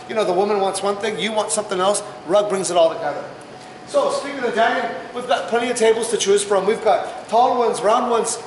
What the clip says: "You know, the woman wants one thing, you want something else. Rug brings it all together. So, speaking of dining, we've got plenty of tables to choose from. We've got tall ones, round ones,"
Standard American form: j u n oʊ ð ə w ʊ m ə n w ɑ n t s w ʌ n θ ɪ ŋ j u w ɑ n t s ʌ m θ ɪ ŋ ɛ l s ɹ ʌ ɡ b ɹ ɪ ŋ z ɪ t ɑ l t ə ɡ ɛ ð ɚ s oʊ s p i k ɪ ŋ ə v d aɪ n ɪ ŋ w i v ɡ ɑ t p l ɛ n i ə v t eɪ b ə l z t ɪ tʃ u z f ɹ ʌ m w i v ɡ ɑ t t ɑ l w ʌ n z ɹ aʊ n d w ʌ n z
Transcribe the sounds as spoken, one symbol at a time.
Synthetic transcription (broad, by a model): j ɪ n oʊ ð ə w ʊ m ə n w ɑ n t s w ʌ n θ ɪ ŋ j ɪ w ɑ n t s ʌ m θ ɪ ŋ ɛ l s ɹ ʌ ɡ b ɹ ɪ ŋ z ɪ t ɑ l t ə ɡ ɛ ð ɚ s oʊ s p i k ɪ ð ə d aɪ ɪ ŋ w i v ɡ ɑ t p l ɛ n i ə v t eɪ b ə l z t ɪ tʃ u z f ɹ ʌ m w i v ɡ ɑ t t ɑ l w ʌ n z ɹ aʊ n d w ʌ n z